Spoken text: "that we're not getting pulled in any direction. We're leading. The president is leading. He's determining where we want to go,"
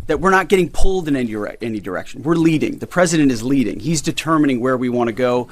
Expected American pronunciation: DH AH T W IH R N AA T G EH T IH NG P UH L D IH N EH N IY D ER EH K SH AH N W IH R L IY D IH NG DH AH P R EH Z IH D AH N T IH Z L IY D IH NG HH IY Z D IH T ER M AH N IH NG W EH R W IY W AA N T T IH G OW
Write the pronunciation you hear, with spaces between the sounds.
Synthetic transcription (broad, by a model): DH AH T W IH R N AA T G EH T IH NG P UH L D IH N EH N IY D ER EH K SH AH N W IH R L IY D IH NG DH AH P R EH Z IH D AH N T IH Z L IY D IH NG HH IY Z D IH T ER M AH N IH NG W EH R W IY W AA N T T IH G OW